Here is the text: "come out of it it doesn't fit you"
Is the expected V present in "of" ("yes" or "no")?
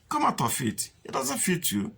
no